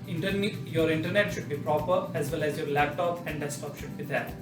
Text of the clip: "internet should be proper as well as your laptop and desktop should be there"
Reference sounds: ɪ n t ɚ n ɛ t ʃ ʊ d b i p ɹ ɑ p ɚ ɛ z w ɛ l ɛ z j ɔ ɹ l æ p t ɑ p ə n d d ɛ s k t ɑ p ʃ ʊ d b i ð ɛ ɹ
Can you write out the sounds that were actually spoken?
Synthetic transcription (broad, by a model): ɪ n t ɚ n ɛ t ʃ ʊ d b i p ɹ ɑ p ɚ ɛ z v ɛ l ɛ z j ɔ ɹ l æ p t ɑ p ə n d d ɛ s t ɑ p ʃ ʊ d b i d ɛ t